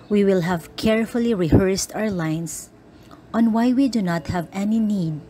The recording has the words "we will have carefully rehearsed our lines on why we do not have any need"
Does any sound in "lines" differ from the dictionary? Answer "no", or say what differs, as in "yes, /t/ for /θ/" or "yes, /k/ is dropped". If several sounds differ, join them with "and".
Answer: yes, /s/ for /z/